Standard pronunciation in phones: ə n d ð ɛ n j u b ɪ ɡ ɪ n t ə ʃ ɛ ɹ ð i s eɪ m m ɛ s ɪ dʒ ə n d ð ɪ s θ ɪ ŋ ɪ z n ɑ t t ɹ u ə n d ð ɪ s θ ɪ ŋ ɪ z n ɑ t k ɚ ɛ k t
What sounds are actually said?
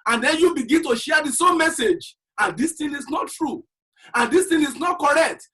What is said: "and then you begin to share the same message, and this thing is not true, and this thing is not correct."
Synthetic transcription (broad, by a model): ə n d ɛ n j u b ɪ ɡ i n t ə ʃ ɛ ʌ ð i s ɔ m m ɛ s ɪ dʒ ə n d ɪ s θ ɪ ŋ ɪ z n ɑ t t ɹ u ə n d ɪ s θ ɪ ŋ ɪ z n ɑ t k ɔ ɛ k t